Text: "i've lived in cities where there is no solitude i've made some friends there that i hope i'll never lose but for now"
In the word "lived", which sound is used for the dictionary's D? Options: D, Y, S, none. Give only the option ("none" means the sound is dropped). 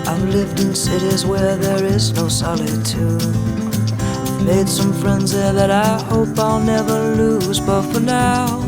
D